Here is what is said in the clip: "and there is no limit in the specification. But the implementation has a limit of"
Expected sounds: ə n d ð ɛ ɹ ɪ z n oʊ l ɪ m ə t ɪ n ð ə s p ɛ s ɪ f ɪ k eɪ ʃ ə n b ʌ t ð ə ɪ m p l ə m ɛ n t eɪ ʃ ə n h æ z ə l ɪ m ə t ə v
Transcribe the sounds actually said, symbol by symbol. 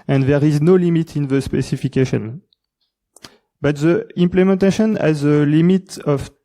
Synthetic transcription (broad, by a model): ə n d ð ɛ ɹ ɪ z n oʊ l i m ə t ɪ n ð ə s p ɛ s ɪ f ɪ k eɪ ʃ ə n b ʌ t ð ə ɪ m p l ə m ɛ n t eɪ ʃ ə n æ z ə l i m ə t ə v